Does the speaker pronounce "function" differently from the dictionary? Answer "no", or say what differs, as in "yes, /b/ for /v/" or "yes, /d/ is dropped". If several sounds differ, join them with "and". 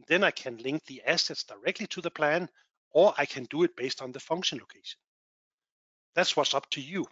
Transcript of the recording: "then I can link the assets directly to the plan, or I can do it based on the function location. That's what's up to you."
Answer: no